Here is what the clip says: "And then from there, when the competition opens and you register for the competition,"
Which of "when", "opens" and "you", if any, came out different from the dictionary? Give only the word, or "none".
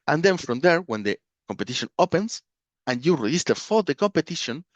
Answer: opens